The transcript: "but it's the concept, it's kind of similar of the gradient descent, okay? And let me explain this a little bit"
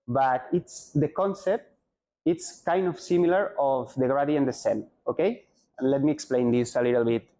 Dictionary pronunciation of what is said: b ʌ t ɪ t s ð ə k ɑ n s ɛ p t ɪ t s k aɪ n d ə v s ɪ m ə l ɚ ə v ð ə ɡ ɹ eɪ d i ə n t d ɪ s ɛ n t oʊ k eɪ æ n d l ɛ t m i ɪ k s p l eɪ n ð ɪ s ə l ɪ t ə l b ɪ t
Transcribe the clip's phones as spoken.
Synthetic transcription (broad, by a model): b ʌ t ɪ t s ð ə k ɑ n s ɛ p t ɪ t s k aɪ n d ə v s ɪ m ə l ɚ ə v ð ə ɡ ɹ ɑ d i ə n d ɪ s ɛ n oʊ k eɪ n l ɛ t m i ɪ k s p l eɪ n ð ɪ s ə l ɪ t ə l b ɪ t